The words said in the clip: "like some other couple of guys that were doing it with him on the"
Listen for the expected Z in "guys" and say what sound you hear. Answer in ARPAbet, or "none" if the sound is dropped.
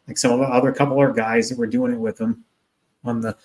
Z